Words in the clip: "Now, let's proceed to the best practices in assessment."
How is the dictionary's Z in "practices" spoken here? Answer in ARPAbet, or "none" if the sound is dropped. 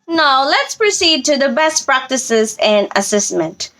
Z